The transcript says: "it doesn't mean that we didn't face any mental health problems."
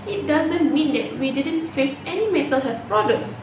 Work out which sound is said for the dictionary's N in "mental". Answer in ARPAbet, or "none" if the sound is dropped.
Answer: none